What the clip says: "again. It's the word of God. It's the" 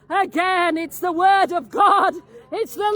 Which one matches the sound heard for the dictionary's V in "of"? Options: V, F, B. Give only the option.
V